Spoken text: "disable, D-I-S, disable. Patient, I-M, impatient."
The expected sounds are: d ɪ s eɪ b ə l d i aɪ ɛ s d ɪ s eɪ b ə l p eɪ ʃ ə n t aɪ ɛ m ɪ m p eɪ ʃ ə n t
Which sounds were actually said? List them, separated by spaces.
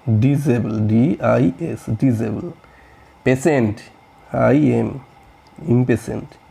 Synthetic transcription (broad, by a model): d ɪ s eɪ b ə l d i aɪ ɛ s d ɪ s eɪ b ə l p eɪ s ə n t aɪ ɛ m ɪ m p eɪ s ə n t